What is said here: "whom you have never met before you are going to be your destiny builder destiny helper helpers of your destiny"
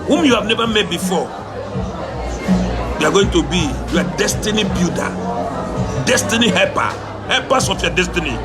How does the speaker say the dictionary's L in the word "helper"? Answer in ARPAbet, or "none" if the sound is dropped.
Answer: none